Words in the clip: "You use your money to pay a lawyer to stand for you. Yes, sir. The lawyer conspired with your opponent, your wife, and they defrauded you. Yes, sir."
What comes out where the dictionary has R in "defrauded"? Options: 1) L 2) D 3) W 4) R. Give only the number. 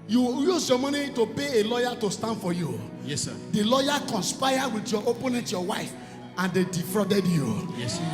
4